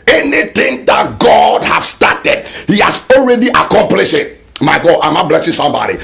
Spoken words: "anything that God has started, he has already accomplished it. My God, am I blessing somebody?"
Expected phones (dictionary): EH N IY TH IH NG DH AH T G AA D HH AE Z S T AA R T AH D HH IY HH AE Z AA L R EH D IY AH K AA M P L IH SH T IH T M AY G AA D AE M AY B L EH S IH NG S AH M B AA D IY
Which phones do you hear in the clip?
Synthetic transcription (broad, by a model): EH N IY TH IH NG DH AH T G AA D HH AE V S T AA T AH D HH IY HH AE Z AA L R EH D IY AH K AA M P L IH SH IH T M AY G AA D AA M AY B L EH S IH NG S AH M B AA D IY